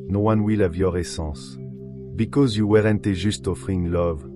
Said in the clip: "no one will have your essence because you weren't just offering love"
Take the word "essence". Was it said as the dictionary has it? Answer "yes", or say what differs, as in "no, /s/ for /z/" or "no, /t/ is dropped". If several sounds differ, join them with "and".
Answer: no, /n/ is dropped